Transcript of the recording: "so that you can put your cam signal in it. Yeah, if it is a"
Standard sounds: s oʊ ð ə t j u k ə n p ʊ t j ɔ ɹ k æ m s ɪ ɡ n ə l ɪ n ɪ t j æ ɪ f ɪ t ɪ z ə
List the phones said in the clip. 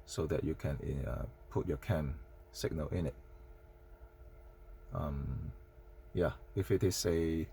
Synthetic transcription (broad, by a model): s oʊ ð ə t j u k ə n p ʊ t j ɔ k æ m s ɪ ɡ n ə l ɪ n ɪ t j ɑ ɪ f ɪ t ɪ s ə